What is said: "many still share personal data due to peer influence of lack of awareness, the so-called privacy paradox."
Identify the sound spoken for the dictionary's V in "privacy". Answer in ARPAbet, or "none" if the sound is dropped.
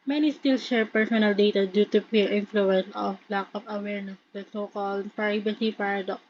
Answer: B